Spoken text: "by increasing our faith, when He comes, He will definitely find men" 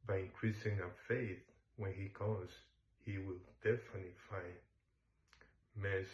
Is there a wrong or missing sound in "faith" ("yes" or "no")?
no